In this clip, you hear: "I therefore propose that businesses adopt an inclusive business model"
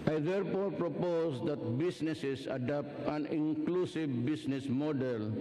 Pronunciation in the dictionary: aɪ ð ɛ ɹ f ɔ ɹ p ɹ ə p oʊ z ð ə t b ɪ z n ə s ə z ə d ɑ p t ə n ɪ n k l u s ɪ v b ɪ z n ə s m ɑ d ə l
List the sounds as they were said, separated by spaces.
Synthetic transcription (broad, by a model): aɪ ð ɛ ɹ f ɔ ɹ p ɹ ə p oʊ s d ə t b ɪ s n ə s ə s ə d ɑ p t ə n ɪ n k l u s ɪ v b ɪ s n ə s m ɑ d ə l